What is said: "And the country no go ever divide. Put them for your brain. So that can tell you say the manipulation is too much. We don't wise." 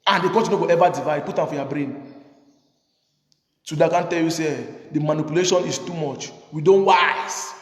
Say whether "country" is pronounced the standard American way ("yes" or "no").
no